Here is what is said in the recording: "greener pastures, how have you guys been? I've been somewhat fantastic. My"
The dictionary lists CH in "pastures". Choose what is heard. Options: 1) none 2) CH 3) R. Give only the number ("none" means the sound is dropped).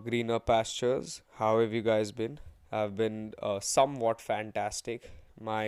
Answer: 2